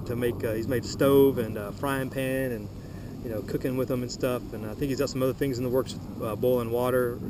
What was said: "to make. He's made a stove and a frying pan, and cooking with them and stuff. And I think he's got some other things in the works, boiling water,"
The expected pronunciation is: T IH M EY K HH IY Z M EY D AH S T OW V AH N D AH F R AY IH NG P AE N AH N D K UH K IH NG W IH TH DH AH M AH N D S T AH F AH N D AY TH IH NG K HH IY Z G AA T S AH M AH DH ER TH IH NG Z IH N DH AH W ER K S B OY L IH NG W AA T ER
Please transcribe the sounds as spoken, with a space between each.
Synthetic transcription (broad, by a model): T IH M EY K HH IY Z M EY D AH S T OW V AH N AH F R AY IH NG P AE N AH N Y K UH K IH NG W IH DH AH M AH N S T AH F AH N AY TH IH K HH IY Z G AA T S AH M AH DH ER TH IH NG Z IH N DH AH W ER K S B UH L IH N W AA T ER